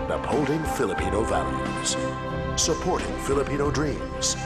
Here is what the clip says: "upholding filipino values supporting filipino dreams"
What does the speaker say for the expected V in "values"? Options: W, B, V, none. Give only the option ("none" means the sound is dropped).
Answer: V